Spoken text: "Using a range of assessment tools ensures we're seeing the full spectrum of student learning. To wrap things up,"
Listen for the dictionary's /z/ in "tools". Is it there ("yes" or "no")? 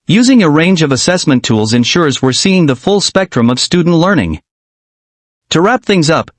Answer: yes